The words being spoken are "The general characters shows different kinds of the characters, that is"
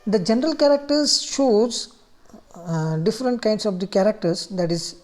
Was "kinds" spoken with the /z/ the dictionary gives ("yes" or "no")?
no